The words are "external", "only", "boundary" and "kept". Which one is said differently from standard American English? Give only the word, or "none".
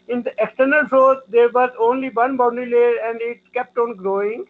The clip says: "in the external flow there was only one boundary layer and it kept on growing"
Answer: boundary